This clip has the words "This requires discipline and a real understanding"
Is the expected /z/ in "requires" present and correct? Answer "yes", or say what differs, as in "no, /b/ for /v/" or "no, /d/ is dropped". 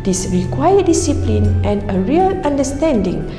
no, /z/ is dropped